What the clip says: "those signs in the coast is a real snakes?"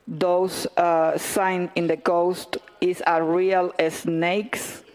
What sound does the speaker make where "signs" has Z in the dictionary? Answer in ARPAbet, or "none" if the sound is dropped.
none